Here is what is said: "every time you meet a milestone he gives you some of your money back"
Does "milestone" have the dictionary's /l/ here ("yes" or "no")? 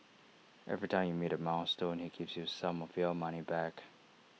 no